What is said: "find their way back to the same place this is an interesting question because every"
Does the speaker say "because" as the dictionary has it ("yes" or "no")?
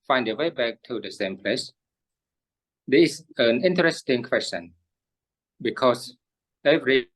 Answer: no